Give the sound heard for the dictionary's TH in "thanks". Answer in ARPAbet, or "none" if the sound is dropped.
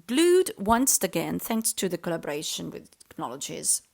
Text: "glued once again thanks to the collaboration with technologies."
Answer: TH